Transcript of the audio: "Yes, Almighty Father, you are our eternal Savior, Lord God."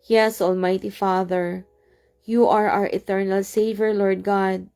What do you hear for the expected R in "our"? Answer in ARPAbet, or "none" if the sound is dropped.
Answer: R